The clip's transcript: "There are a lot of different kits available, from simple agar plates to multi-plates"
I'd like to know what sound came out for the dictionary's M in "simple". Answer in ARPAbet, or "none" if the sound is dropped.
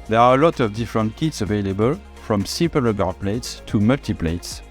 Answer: none